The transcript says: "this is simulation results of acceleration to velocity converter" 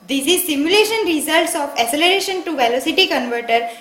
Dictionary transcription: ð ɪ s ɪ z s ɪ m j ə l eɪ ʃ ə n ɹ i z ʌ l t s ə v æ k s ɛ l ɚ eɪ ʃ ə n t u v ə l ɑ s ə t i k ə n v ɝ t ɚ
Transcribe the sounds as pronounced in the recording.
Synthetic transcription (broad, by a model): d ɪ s ɪ z s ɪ m j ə l eɪ ʃ ə n ɹ i z ʌ l t s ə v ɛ s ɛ l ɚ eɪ ʃ ə n t u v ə l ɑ s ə t i k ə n v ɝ t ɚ